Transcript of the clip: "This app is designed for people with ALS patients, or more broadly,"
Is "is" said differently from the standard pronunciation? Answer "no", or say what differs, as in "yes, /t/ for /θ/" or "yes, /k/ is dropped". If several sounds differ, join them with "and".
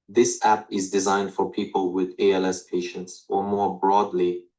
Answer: no